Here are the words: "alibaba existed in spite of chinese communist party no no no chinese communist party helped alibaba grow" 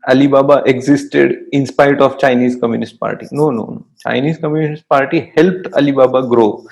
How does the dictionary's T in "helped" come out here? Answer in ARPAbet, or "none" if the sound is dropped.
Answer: T